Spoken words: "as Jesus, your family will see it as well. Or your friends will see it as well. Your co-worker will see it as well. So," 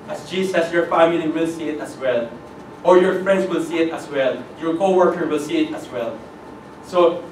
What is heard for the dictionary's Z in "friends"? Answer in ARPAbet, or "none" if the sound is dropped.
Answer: S